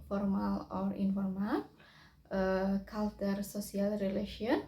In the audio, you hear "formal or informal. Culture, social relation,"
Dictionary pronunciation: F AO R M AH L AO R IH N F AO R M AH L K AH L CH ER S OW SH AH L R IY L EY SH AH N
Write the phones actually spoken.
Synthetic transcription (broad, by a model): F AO R M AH L AO R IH N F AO R M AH L K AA L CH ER S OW S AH L R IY L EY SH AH N